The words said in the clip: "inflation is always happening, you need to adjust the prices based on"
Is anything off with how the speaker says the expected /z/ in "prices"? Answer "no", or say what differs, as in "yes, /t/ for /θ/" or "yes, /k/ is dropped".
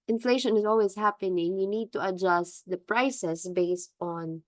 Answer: yes, /s/ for /z/